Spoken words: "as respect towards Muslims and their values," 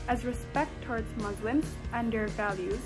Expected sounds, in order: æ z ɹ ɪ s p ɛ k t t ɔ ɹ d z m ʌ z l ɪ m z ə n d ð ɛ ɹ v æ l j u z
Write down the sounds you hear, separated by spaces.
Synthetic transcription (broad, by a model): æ z ɹ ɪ s p ɛ k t t ɔ ɹ d z m ʌ z l ɪ m z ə n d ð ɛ ɹ v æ l j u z